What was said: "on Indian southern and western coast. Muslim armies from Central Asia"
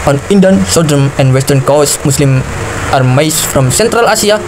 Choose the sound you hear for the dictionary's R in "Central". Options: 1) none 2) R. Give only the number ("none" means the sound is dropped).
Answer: 2